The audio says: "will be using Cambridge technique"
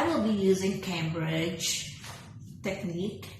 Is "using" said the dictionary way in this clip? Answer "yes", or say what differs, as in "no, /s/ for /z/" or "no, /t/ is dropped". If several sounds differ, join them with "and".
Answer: yes